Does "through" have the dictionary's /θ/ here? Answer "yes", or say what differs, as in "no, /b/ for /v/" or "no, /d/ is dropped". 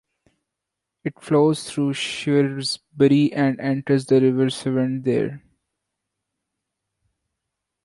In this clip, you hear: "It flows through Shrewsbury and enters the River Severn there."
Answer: no, /t/ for /θ/